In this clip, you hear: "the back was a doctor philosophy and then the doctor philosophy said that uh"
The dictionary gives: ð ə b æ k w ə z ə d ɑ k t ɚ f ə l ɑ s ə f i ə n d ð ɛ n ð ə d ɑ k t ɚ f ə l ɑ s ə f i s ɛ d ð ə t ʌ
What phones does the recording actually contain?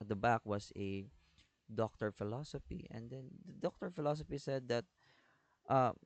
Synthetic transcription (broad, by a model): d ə b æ k w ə s ə d ɑ k t ɚ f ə l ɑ s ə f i ə n d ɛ n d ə d ɑ k t ɚ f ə l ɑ s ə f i s ɛ d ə t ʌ